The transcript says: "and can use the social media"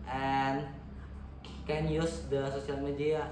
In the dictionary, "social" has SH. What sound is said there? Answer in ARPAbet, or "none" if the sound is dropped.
S